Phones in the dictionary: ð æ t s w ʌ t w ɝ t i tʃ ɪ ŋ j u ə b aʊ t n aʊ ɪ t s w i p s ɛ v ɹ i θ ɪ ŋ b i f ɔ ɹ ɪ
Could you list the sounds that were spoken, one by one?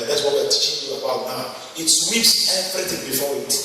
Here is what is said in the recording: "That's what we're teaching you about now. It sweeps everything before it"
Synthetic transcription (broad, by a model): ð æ t s w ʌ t w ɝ t i tʃ ɪ ŋ j u ə b aʊ t n aʊ ɪ t s w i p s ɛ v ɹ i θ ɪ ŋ b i f ɔ w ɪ